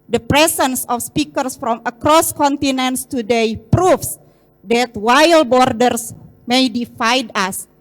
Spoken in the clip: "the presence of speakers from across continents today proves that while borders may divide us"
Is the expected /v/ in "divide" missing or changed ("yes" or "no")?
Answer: yes